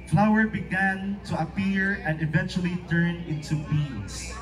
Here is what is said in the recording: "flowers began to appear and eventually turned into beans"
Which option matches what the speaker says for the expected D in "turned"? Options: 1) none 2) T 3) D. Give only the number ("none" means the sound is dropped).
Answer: 1